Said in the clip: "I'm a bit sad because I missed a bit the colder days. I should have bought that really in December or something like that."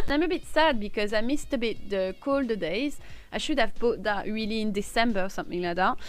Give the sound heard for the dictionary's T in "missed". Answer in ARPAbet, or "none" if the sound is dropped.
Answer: T